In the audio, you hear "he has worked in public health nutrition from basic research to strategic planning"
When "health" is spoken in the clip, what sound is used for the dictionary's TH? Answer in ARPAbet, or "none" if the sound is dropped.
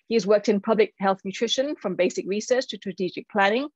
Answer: TH